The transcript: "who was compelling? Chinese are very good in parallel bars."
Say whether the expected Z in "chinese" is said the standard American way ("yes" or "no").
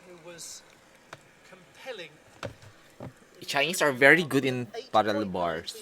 no